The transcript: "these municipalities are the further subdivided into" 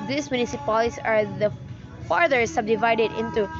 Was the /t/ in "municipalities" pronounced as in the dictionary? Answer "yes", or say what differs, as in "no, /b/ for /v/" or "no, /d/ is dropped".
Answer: no, /s/ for /t/